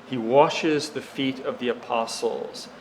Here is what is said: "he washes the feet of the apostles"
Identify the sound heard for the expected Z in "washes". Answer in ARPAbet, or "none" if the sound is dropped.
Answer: Z